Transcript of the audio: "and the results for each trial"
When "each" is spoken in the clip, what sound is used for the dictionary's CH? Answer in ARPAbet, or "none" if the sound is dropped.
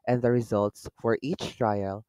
CH